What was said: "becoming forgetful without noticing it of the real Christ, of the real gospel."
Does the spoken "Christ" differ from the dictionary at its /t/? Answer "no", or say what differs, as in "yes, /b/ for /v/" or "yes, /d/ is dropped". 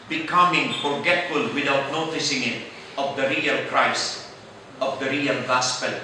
yes, /t/ is dropped